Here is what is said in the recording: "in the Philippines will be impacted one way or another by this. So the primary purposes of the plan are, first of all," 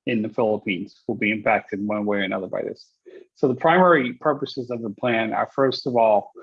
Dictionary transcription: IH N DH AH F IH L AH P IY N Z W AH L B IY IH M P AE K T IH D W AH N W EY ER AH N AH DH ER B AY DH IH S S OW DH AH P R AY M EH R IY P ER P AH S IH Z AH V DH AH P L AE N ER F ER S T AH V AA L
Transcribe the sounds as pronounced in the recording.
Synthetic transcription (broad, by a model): IH N DH AH F IH L AH P IY N Z W AH L B IY IH M P AE K T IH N W AH N W EY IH AH N AH DH ER B AY DH IH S S OW DH AH P R AY M EH R IY P ER P AH S IH Z AH V DH AH P L AE N ER F ER S T AH V AA L